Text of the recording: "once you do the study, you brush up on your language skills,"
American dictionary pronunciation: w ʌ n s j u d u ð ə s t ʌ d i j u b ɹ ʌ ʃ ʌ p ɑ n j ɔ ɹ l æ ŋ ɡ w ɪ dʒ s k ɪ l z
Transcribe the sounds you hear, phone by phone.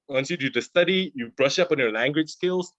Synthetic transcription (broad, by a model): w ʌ n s j u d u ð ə s t ʌ d i j u b ɹ ʌ ʃ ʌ p ɑ n j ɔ l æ ŋ ɡ w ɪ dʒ s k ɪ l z